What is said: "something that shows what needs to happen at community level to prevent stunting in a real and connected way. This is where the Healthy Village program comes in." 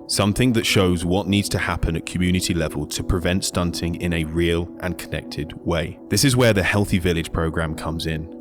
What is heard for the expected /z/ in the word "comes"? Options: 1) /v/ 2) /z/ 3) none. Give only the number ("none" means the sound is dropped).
2